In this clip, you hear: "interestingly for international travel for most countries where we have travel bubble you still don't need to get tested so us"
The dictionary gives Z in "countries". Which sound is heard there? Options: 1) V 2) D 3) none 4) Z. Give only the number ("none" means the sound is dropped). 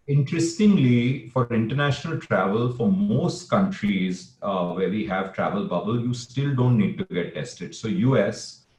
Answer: 4